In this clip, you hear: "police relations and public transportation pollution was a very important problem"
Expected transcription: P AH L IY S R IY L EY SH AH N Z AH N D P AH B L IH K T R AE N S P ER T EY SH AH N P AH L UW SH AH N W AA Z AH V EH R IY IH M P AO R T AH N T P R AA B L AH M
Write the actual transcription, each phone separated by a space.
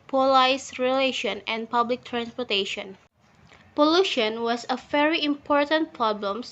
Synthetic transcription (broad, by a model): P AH L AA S R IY L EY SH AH N AH N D P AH B L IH K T R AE N S P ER T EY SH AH N P AH L UW SH AH N W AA S AH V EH R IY IH M P AO R T AH N T P R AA B L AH M